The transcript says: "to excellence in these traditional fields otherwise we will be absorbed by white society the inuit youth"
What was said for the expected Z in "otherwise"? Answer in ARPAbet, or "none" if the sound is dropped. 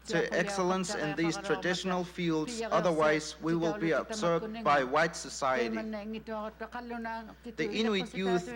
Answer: Z